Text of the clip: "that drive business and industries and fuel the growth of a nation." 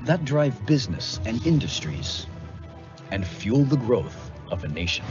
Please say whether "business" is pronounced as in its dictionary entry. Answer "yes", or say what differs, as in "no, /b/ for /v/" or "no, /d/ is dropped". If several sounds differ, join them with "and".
yes